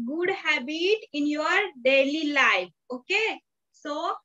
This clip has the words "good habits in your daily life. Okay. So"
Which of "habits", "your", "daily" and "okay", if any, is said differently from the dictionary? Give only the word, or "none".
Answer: habits